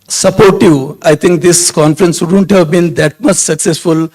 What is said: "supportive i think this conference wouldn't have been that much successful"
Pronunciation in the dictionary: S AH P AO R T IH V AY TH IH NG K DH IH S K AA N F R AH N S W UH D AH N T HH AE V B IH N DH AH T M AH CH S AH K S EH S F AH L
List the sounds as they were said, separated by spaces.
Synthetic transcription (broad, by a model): S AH P AO R T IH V AY T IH NG K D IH S K AA N F R AH N S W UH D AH N T HH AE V B IH N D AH T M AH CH S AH K S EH S F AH L